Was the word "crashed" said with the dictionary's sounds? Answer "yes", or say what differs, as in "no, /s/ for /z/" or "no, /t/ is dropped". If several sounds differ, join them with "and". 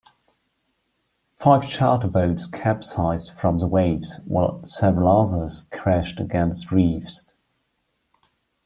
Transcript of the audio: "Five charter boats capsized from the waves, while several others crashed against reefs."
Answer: yes